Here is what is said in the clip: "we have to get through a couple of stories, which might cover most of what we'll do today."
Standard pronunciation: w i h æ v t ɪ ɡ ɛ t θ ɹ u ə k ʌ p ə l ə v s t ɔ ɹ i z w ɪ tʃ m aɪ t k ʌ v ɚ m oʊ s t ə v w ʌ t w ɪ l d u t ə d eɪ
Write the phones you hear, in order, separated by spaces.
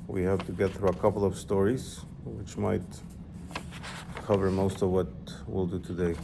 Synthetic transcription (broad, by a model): w i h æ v t ɪ ɡ ɛ t θ ɹ u ə k ʌ p l ə v s t ɔ ɹ i z w ɪ tʃ m aɪ t k ʌ v ɚ m oʊ s t ə v w ʌ t w ɪ l d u t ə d eɪ